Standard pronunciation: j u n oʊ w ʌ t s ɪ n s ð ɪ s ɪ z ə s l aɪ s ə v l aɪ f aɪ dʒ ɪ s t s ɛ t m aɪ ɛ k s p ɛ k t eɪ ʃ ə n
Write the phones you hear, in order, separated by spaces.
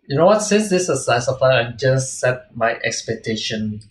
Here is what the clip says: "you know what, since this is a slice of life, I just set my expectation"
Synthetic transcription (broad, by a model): j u n oʊ w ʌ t s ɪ n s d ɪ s ə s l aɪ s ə f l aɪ aɪ dʒ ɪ s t s ɛ t m aɪ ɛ k s p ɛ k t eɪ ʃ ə n